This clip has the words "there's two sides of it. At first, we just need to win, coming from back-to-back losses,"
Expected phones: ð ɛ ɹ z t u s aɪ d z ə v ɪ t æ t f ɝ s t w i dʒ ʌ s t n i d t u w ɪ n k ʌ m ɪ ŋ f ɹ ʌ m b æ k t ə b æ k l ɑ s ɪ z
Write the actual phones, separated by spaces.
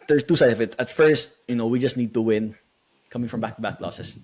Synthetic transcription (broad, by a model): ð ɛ ɹ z t u s aɪ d ə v ɪ t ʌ t f ɝ s t w i dʒ ʌ s t n i d t u w ɪ n k ʌ m ɪ ŋ f ɹ ʌ m b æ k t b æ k l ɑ s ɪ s